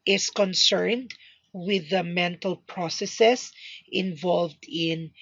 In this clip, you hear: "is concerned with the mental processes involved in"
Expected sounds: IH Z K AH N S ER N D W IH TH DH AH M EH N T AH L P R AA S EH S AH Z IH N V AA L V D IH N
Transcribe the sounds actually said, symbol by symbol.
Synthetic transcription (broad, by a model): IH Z K AH N S ER N D W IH DH AH M EH N T AH L P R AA S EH S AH S IH N V AA L V D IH N